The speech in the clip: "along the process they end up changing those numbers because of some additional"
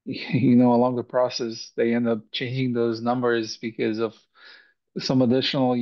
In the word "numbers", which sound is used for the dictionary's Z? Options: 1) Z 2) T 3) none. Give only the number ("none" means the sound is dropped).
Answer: 1